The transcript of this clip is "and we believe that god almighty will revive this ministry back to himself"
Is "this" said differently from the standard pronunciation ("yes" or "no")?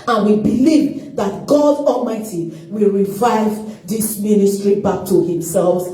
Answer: no